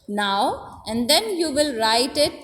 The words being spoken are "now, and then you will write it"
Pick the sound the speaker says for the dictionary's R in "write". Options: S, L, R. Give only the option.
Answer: R